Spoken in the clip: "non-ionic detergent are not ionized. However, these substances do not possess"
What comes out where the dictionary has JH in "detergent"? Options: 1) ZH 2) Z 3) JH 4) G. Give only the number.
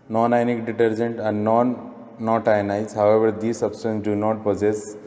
3